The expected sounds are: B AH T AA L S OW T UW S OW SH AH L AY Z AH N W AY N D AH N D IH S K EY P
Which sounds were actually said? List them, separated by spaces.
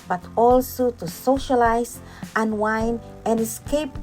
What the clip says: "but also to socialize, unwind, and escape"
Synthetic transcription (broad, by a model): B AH T AA L S OW T UW S OW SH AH L AY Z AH N W AY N AH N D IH S K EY P